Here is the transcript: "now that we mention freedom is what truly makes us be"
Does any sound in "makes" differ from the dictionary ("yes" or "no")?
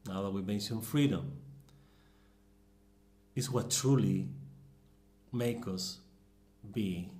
yes